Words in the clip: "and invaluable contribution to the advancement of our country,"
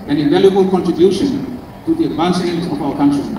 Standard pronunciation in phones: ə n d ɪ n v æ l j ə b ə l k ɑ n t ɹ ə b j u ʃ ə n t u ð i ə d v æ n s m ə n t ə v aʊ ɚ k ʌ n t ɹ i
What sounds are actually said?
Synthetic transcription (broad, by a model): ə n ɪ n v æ l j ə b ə l k ɑ n t ɹ ə b j u ʃ ə n t u ð i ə d v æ n s ə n ə v aʊ ɚ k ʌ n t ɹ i